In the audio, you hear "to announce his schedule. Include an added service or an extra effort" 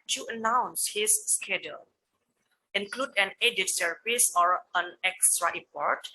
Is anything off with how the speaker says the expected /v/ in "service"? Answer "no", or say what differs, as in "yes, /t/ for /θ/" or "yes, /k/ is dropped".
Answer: yes, /p/ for /v/